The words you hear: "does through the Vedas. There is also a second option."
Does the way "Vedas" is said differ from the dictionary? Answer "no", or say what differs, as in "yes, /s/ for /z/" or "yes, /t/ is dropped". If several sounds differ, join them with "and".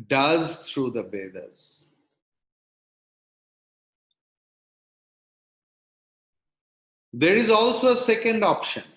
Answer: yes, /b/ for /v/